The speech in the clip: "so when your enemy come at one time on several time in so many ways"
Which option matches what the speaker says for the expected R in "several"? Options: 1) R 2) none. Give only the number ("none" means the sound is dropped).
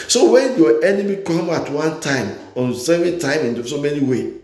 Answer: 2